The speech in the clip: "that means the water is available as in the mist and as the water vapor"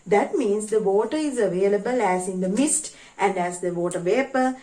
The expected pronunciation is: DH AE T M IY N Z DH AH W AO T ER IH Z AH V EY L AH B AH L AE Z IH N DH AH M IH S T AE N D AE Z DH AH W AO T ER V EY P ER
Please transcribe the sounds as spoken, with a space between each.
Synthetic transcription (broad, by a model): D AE T M IY N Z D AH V AO T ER IH Z AH V EY L AH B AH L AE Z IH N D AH M IH S T AE N D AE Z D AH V AO T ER V EY P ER